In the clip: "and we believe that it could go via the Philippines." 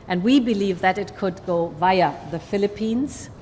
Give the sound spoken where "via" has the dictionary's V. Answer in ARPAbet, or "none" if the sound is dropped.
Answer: V